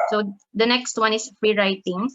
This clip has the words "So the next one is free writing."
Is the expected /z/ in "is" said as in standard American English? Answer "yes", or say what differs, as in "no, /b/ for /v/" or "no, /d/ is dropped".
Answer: no, /s/ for /z/